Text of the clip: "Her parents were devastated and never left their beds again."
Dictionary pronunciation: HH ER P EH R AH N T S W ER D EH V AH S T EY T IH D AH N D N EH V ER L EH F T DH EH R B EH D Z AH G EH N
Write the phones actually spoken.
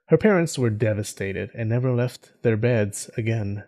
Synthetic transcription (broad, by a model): HH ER P EH R AH N T S W ER D EH V AH S T EY T IH D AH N N EH V ER L EH F T DH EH R B EH D Z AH G EH N